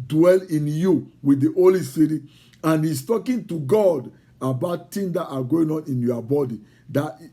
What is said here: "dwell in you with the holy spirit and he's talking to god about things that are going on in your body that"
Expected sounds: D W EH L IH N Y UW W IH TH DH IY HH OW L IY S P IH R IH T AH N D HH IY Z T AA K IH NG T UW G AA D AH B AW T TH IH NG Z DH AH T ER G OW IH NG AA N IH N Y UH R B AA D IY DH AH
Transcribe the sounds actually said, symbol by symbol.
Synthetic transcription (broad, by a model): D W EH L IH N Y UW W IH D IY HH OW L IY S IY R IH AH N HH IY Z T AA K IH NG T UW G AA D AH B AW T T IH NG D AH T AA G OW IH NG AA N IH N Y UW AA B AA D IY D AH